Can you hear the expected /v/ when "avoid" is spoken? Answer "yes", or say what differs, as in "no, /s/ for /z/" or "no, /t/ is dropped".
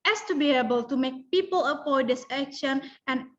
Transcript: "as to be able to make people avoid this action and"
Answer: no, /p/ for /v/